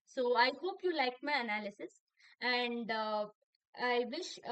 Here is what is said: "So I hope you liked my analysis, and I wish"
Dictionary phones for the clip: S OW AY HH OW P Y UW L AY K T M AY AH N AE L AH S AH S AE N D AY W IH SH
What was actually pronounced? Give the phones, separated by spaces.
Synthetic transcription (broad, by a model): S OW AY HH OW P Y UW L AY K M AY AH N AE L AH S AH S AE N D AY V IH SH